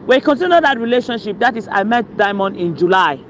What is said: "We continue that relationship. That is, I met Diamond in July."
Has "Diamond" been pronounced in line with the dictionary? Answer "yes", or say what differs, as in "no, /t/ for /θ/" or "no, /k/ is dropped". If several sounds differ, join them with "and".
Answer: yes